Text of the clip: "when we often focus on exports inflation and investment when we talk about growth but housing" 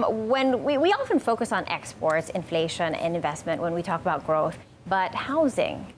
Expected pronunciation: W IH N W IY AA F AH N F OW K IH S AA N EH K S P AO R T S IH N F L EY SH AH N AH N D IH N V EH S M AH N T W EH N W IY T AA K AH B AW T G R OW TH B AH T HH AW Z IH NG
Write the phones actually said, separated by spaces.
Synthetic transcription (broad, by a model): W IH N W IY AA F AH N F OW K IH S N EH K S P AO R T S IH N F L EY SH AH N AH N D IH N V EH S M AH N T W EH N W IY T AA K AH B AW T G R OW TH B AH T HH AW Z IH NG